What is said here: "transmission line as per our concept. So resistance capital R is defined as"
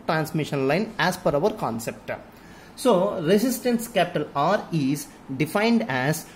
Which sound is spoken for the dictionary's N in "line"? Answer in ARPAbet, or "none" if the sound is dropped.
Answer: N